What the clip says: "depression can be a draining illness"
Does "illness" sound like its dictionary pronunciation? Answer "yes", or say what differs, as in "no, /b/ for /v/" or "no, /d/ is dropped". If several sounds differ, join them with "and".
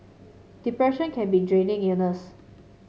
no, /l/ is dropped